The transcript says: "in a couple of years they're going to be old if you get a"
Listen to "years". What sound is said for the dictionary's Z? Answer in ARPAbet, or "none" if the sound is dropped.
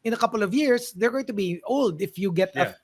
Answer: S